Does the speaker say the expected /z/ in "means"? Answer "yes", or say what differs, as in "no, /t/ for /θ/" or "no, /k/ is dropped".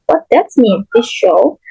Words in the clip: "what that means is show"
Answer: no, /z/ is dropped